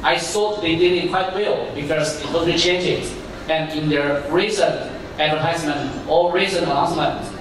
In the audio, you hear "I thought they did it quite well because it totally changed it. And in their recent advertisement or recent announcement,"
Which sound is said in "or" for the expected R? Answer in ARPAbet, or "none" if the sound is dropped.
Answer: L